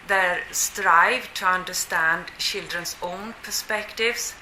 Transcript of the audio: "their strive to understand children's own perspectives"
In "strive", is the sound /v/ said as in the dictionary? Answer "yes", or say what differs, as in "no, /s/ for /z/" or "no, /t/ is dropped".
yes